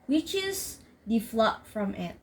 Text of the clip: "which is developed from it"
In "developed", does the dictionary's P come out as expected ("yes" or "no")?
no